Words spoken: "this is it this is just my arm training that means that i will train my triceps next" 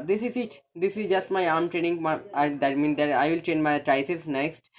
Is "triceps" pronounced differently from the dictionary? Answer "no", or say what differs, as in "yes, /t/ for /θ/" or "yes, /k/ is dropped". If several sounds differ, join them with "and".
yes, /p/ is dropped